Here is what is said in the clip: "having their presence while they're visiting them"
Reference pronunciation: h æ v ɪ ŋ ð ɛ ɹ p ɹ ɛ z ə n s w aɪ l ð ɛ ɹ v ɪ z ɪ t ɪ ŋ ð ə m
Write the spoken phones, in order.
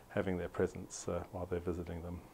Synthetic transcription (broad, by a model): h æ v ɪ ŋ ð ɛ ɹ p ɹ ɛ z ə n s w aɪ l ð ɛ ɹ v ɪ z ɪ t ɪ ŋ ð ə m